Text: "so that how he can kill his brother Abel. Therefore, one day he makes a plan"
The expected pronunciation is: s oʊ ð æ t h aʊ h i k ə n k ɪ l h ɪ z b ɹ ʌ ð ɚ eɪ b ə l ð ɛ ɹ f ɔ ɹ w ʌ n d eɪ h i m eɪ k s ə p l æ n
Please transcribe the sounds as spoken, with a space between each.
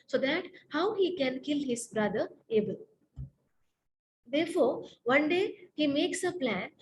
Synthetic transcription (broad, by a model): s oʊ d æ t h aʊ h i k ə n k ɪ l h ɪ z b ɹ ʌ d ɚ eɪ b ə l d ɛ ɹ f ɔ ɹ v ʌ n d eɪ h i m eɪ k s ə p l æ n